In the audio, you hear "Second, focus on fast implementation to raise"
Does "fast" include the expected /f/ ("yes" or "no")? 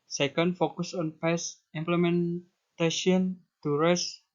no